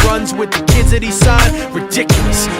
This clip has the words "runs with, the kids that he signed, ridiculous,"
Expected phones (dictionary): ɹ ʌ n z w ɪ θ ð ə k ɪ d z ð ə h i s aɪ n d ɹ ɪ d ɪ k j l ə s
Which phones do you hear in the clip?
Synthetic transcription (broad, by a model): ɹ ʌ n z w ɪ ð ə k ɪ d z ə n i s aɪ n ɹ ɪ d ɪ k j l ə s